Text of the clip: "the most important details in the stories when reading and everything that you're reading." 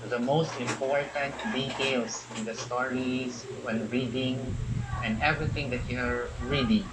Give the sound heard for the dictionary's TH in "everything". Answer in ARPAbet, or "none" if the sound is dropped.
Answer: T